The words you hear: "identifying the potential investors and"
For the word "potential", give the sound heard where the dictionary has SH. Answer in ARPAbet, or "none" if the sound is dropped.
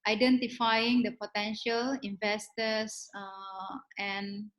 SH